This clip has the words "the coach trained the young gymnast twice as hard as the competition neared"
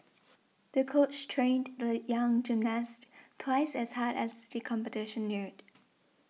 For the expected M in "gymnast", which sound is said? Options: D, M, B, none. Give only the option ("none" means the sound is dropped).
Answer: M